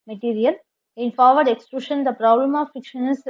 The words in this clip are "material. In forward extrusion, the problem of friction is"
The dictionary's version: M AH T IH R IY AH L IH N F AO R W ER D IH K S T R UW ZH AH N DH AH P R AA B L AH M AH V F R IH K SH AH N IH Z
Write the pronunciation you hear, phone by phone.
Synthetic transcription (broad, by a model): M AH T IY R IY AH L IH N F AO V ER D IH K S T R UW SH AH N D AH P R AA B L AH M AH V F IH K SH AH N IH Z